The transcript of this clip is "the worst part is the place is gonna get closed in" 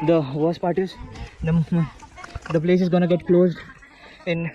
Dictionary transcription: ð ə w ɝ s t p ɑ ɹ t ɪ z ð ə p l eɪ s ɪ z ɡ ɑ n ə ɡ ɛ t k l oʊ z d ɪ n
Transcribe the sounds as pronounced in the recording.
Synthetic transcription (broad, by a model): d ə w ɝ s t p ɑ ɹ t ɪ z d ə p l eɪ s ɪ z ɡ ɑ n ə ɡ ɛ t k l oʊ z d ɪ n